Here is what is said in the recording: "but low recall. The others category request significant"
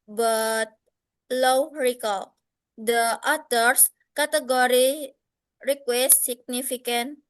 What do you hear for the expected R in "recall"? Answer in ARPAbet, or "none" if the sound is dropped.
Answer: R